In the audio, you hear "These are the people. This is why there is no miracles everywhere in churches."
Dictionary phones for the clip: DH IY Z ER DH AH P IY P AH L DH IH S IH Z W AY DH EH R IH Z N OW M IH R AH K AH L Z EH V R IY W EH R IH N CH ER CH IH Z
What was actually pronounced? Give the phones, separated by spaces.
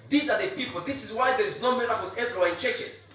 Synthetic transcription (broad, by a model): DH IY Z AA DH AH P IY P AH L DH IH S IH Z W AY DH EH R IH Z N OW M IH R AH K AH Z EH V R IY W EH IH N CH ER CH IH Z